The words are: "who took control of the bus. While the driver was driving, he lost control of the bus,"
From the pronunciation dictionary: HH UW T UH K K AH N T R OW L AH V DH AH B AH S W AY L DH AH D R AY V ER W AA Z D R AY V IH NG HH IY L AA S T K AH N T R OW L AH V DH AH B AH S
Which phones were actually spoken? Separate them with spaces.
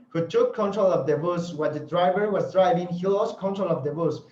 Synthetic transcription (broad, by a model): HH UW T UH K K AH N T R OW L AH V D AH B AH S W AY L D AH D R AY V ER W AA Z D R AY V IH NG HH IY L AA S K AH N T R OW L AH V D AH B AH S